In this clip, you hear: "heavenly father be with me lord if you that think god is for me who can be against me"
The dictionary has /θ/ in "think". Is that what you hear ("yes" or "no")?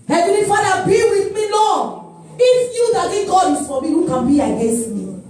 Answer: no